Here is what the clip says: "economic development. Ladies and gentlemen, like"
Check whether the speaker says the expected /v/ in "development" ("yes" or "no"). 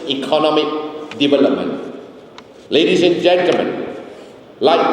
no